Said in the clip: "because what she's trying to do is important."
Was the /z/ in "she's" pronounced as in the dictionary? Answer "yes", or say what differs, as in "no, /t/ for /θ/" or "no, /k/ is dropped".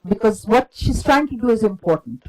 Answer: no, /s/ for /z/